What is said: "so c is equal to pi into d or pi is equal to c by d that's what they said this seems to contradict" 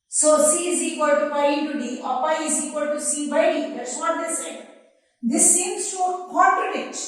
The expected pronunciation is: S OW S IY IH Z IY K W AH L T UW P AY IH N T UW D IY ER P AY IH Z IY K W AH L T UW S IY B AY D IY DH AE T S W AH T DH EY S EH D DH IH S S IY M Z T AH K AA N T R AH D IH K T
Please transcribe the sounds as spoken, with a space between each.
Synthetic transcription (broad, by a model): S OW S IY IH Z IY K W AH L T UW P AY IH T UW D IY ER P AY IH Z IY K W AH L T UW S IY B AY D IY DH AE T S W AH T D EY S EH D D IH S S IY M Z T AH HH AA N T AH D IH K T